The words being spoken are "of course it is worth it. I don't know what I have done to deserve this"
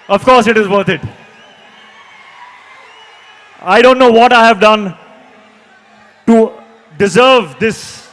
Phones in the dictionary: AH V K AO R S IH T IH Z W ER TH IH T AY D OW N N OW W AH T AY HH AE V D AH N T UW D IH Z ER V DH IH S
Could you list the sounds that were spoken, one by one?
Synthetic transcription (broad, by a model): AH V K AO R S IH T IH Z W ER T IH T AY D OW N N OW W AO T AY HH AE V D AH N T UW D IH Z ER V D IH S